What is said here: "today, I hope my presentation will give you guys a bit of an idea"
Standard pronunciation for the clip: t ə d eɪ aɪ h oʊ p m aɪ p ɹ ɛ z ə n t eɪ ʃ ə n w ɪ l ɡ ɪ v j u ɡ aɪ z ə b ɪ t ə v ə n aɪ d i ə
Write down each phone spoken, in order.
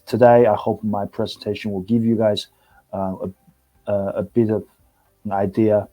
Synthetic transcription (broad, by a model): t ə d eɪ aɪ h oʊ p m aɪ p ɹ ɛ z ə n t eɪ ʃ ə n w ɪ l ɡ ɪ v j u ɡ aɪ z ə b ɪ t ə v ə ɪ d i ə